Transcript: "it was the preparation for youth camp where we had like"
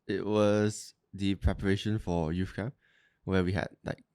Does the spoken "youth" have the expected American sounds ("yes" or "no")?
no